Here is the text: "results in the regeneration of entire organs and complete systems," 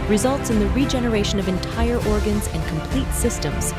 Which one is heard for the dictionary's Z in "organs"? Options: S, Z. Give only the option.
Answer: Z